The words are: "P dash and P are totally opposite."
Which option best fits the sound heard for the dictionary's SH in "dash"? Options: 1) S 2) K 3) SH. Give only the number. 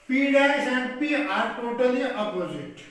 1